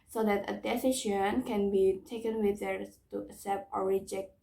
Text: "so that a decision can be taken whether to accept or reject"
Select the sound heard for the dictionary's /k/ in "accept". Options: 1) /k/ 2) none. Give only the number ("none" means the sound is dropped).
2